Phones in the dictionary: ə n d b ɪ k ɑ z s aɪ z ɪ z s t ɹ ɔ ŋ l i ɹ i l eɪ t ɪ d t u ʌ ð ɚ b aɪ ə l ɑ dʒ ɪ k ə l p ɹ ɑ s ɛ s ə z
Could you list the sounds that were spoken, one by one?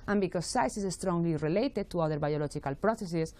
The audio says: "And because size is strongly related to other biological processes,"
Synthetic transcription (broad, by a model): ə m b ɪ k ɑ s aɪ s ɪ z s t ɹ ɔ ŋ l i ɹ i l eɪ t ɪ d t u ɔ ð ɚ b aɪ ə l ɑ dʒ ɪ k ə l p ɹ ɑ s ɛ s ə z